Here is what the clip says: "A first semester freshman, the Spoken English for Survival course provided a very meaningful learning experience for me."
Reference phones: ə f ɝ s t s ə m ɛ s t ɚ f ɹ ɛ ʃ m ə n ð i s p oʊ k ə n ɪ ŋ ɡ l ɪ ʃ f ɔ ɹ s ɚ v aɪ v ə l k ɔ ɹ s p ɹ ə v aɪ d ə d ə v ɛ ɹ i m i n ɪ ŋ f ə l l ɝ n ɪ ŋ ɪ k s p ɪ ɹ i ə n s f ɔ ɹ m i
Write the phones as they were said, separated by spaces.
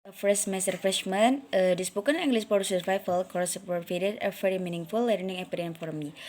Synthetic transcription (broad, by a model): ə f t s m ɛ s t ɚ f ɹ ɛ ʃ m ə n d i s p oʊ k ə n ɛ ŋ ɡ l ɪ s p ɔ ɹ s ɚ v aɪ f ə l k ɔ ɹ s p ə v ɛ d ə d ə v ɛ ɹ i m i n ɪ ŋ f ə l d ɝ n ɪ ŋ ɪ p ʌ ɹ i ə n f ɔ ɹ m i